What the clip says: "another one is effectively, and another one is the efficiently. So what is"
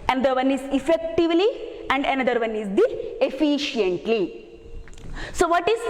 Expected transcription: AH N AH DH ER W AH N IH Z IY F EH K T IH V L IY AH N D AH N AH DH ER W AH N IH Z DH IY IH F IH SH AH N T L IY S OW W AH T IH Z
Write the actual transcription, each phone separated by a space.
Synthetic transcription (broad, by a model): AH N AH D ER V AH N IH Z IY F EH K T IH V L IY AH N D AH N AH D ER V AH N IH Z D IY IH F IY SH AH N T L IY S OW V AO T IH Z